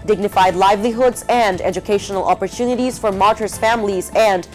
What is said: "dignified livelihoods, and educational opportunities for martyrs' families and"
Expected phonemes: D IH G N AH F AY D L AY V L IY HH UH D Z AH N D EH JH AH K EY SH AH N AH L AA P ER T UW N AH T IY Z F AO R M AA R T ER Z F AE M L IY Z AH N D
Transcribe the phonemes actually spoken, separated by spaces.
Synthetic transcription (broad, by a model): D IH G N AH F AY D L AY V L IY HH UH D Z AH N D EH JH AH K EY SH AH N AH L AA P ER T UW N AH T IY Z F AO R M AA R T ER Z F AE M L IY Z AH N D